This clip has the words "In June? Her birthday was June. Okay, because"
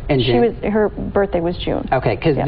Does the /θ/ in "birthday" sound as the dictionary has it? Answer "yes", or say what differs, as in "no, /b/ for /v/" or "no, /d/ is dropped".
yes